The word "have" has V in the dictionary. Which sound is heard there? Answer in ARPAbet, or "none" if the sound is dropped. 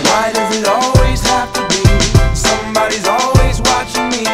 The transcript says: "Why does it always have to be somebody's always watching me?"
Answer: F